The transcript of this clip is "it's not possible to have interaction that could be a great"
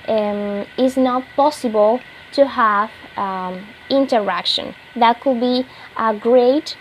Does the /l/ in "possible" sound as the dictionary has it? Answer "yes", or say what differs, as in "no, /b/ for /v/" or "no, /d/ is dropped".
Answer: yes